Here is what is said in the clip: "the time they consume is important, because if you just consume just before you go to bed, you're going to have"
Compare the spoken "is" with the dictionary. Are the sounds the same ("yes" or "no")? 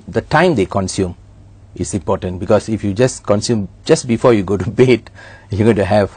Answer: no